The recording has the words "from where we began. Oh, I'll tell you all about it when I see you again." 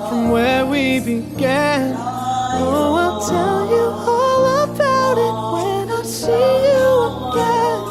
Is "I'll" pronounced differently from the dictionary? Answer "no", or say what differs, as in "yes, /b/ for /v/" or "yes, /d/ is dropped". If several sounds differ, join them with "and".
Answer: yes, /n/ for /l/